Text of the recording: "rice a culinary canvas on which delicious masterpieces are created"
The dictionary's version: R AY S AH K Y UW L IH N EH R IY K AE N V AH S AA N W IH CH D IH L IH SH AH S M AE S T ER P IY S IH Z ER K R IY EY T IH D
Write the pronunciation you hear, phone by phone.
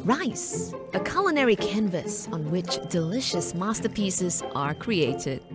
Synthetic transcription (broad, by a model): R AY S AH K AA L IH N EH R IY K AE N V AH S N W IH CH D IH L IH SH AH S M AE S T ER P IY S IH Z ER K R IY EY T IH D